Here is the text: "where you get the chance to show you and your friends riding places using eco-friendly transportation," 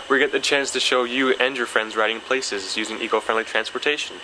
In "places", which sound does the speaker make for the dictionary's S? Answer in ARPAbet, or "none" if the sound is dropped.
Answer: S